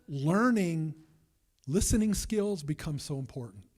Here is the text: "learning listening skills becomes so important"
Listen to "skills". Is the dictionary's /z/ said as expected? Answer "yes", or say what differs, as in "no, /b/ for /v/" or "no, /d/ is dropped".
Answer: yes